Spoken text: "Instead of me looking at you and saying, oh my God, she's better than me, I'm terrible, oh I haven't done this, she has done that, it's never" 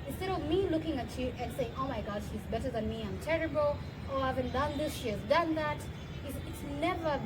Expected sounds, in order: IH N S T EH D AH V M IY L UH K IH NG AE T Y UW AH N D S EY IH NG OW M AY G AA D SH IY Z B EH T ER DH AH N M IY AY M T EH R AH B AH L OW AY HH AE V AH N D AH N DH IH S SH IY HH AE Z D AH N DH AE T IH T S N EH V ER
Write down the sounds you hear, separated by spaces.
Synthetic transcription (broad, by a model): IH N S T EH D AH V M IY L UH K IH NG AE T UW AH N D S EY IH NG OW M AY G AA D SH IY Z B EH T ER DH AH N M IY AY M T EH R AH B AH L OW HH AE V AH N D AH N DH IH S SH IY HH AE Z D AH N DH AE T IH T S N EH V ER